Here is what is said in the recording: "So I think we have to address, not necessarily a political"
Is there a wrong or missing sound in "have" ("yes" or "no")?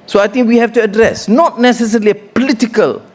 yes